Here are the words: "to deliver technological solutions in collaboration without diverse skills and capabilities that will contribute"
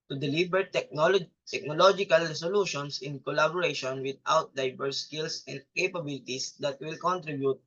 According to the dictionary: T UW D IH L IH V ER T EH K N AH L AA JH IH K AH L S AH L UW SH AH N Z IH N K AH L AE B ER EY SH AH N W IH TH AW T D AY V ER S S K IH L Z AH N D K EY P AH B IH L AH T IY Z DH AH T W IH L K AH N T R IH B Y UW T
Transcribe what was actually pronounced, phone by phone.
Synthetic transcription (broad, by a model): T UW D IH L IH B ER T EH K N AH L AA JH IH K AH L S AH L UW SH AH N S IH N K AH L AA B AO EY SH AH N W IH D AW T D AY B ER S S K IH L S AH N D K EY P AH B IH L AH T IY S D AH T W IH L K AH N T R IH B Y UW T